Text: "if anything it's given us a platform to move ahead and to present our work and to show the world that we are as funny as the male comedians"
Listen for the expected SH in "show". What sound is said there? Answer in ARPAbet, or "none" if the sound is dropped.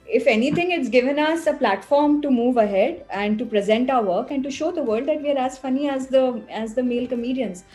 SH